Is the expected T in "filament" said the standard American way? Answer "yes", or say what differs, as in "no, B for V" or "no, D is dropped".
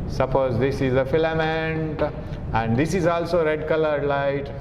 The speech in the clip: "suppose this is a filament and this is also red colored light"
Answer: yes